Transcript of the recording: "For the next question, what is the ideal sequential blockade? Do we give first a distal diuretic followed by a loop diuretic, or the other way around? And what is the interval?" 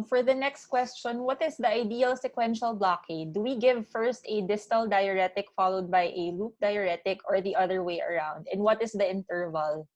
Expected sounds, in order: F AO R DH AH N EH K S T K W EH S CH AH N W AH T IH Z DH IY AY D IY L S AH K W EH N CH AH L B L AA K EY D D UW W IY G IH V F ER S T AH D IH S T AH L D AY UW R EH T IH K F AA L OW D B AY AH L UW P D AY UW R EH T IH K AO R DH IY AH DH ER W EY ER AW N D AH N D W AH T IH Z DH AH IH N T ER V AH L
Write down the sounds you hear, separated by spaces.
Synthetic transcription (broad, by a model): F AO R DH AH N EH K S T K W EH S CH AH N W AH T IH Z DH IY AY D IY L S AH K W EH N SH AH L B L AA K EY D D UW W IY G IH V F ER S T AH D IH S T AH L D AY UW R EH T IH K F AA L OW D B AY AH L UW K D AY UW R EH T IH K AO R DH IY AH DH ER W EY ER AW N D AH N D W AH T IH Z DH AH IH N T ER V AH L